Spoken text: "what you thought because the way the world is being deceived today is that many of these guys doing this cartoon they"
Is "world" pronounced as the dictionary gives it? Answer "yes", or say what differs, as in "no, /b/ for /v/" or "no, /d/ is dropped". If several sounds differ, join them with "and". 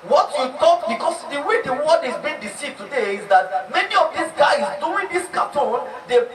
no, /l/ is dropped